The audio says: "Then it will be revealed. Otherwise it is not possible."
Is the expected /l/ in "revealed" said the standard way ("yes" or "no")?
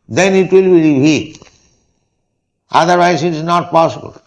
no